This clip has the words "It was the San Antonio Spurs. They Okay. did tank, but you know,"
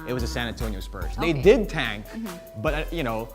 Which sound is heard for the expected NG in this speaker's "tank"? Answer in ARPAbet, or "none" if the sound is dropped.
NG